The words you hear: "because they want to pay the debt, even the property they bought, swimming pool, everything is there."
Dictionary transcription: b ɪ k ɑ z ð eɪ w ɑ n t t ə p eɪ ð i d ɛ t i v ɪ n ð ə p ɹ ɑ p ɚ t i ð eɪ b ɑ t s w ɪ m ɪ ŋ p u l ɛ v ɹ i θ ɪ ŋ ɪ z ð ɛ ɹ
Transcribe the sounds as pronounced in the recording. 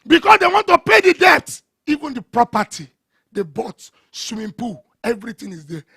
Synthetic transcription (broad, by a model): b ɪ k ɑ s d eɪ w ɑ n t t ə p eɪ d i d ɛ t i v ɪ n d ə p ɹ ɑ p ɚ t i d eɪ b ɑ t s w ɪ ɪ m p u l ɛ v ɹ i t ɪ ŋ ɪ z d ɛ